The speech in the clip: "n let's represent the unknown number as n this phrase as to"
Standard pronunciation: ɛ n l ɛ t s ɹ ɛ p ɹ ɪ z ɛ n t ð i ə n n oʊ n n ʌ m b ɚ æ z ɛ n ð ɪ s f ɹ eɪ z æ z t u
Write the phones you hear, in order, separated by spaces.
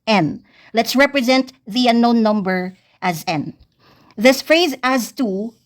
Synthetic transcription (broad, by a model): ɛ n l ɛ t s ɹ ɛ p ɹ ɪ z ɛ n t ð i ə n n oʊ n n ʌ m b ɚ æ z ɛ n ð ɪ s f ɹ eɪ z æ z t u